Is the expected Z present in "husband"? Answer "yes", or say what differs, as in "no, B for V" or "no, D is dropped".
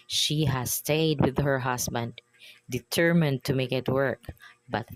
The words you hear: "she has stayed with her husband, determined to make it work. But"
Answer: no, S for Z